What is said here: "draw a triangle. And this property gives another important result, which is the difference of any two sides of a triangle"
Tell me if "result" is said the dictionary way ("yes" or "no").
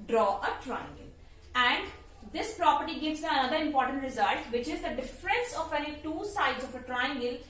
yes